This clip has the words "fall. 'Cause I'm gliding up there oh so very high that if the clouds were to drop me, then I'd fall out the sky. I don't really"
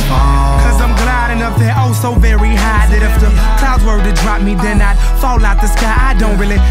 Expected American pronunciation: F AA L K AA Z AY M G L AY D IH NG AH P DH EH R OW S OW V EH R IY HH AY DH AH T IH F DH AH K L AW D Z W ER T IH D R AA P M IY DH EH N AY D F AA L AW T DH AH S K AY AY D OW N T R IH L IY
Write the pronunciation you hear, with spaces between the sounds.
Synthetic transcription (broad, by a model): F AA K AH Z AY M G L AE D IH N AH F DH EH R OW S OW V EH R IY HH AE DH AH T IH F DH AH K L AW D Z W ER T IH D R AA P M IY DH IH N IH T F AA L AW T DH AH S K AY AY D OW N T R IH L IY